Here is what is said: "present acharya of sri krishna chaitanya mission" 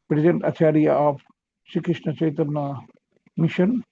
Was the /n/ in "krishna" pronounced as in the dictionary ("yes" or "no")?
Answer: yes